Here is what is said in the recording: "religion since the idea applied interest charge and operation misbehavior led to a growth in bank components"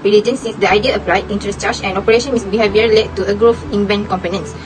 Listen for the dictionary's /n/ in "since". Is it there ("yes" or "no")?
no